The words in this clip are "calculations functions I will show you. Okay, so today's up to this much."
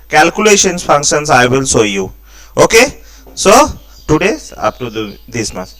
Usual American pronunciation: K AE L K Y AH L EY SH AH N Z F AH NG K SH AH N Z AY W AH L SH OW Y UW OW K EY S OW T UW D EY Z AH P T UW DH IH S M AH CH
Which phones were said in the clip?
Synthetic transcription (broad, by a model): K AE L K Y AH L EY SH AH N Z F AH NG K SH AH N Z AY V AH L S OW Y UW OW K EY S OW T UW D EY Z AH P T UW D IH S M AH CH